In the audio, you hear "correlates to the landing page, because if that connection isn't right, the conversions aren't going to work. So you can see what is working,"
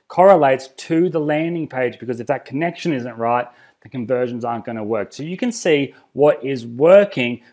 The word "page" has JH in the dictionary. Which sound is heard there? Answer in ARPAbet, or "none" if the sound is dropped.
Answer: JH